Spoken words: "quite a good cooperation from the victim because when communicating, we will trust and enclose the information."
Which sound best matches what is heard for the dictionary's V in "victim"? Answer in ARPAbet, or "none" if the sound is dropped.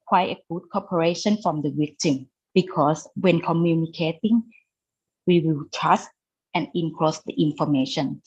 W